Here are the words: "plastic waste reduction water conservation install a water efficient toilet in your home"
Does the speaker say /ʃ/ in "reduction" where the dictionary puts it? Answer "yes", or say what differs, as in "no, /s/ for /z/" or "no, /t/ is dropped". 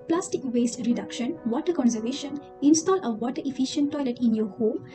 yes